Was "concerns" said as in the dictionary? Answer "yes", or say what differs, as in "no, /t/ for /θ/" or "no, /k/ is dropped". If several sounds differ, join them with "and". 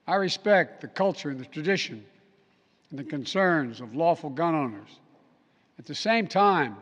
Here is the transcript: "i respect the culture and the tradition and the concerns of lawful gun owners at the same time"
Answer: yes